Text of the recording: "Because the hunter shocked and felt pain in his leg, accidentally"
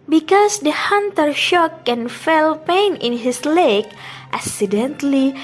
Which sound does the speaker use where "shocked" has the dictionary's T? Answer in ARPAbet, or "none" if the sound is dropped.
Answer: none